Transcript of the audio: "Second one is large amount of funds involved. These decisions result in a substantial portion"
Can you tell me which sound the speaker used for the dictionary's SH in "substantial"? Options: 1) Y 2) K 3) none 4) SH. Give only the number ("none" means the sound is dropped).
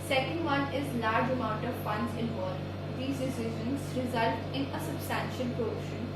4